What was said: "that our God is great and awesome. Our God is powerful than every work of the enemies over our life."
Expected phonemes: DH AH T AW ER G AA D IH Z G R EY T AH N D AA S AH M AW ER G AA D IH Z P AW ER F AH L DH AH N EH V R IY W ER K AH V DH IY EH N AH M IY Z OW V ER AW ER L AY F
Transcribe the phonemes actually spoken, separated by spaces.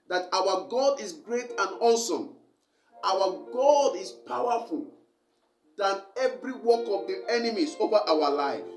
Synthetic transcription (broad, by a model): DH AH T AW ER G AA D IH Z G R EY T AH N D AA S AH M AW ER G AA D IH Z P AW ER F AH L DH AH N EH V R IY W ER K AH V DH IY EH N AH M IY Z OW V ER AW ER L AY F